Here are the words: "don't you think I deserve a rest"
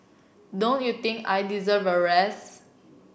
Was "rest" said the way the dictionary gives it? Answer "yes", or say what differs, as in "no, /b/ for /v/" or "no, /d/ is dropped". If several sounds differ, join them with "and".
no, /t/ is dropped